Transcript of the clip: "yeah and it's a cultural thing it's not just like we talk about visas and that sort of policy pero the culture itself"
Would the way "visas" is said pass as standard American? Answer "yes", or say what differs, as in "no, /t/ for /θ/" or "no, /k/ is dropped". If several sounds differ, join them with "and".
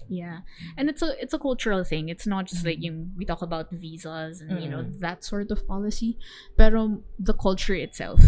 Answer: yes